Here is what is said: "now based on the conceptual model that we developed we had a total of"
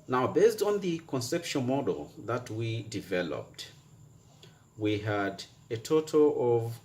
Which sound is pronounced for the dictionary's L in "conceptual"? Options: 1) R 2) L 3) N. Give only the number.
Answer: 3